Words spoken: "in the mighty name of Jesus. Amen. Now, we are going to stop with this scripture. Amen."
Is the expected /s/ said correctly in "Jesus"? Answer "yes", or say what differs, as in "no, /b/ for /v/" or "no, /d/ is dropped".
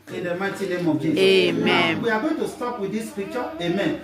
no, /s/ is dropped